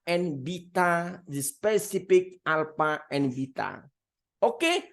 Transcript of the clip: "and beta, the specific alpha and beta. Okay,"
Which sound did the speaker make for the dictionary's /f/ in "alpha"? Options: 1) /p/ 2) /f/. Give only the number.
1